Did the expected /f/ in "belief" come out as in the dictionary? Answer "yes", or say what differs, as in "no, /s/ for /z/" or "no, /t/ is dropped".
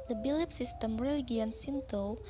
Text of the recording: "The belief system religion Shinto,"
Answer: no, /p/ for /f/